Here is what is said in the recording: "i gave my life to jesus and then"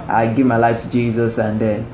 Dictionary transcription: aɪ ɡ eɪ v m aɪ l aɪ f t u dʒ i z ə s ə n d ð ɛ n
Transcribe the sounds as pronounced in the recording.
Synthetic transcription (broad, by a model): aɪ ɡ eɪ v m aɪ l aɪ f t u dʒ i z ə s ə n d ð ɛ n